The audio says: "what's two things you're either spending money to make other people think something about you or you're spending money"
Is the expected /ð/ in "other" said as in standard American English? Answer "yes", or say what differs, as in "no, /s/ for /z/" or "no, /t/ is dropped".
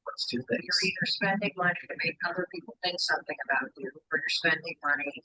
no, /ð/ is dropped